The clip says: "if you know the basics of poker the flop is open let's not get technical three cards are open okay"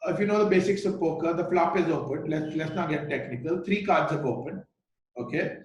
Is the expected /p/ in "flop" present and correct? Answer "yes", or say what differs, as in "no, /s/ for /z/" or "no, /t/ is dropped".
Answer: yes